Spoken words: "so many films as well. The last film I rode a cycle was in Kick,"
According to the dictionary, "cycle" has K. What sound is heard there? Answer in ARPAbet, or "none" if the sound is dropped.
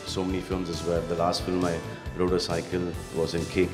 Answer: K